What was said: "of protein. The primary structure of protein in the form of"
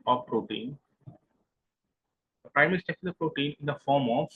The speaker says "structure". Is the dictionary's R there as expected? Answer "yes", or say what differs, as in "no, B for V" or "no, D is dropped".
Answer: no, R is dropped